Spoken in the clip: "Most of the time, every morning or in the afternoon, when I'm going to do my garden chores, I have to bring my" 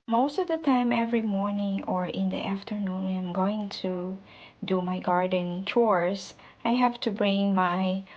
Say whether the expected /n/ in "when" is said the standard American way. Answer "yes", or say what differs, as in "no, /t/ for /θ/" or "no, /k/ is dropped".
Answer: no, /n/ is dropped